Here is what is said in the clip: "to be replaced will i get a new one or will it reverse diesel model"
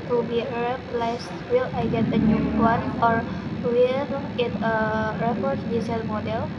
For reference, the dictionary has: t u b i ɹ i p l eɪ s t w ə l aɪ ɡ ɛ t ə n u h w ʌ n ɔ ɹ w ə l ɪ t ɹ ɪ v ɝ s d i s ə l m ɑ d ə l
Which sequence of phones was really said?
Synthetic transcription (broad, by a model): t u b i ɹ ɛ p l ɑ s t w ə l aɪ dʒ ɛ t ə n u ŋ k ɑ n ɔ ɹ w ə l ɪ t ɹ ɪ f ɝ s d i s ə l m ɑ d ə l